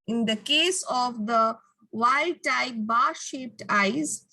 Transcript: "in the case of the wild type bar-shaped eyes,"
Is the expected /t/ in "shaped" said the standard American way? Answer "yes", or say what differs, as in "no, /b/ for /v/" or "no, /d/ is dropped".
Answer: yes